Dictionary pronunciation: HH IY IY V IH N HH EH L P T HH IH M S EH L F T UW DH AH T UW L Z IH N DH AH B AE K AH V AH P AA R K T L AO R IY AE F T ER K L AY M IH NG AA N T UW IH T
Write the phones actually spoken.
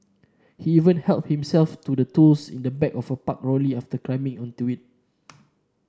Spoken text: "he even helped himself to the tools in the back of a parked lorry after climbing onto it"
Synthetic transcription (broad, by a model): HH IY IY V IH N HH EH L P HH IH M S EH L F T UW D AH T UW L S IH N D AH B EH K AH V AH P AA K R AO L IY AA F T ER K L AY M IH NG AA N T UW IH T